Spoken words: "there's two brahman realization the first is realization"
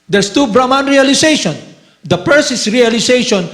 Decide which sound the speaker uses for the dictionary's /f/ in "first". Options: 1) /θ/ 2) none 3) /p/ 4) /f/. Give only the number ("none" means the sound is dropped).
3